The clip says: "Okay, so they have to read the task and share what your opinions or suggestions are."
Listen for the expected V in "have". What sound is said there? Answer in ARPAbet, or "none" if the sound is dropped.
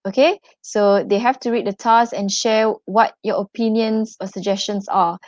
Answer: F